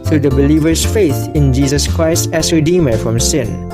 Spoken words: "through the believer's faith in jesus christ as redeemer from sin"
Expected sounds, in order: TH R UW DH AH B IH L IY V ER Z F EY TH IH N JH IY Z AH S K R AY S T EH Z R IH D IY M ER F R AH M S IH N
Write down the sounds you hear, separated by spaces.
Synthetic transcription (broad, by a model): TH R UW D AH B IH L IY V ER S F EY TH IH N JH IY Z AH S K R AY S T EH S R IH D IY M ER F R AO M S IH N